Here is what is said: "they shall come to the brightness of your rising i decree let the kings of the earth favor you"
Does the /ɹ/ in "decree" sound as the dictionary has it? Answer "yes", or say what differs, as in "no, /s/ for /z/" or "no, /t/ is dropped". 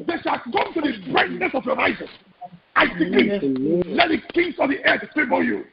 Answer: no, /ɹ/ is dropped